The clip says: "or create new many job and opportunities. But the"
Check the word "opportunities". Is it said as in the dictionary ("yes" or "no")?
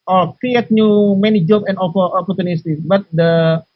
no